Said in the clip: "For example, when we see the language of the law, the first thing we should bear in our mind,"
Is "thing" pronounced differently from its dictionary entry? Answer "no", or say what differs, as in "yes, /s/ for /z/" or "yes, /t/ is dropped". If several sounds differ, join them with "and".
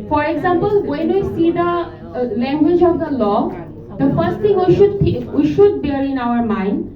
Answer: yes, /t/ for /θ/